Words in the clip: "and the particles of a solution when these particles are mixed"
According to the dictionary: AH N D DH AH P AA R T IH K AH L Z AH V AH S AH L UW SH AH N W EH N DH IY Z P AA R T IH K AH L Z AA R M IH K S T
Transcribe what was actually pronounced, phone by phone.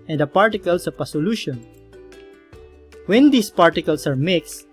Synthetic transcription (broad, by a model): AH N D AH P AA R T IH K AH L S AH P AH S AH L UW SH AH N W EH N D IY S P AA R T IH K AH L S AA R M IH K S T